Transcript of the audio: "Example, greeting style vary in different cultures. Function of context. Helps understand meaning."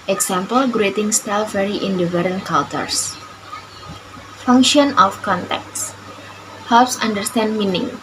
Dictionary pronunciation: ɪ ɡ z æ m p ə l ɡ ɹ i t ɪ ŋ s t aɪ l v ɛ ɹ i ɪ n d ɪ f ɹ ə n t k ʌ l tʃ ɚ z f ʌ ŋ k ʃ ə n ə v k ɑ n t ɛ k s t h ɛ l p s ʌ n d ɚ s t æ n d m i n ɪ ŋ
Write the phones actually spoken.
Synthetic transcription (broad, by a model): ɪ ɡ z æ m p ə l ɡ ɹ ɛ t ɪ ŋ s t aɪ l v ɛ ɹ i ɪ n d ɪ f ɹ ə n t k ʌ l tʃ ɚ s f ʌ ŋ k ʃ ə n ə f k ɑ n t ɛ k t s h ɛ l p s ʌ n d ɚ s t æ n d m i n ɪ ŋ